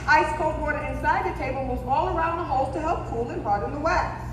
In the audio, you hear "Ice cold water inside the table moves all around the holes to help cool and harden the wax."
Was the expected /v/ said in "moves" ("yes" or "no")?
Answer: no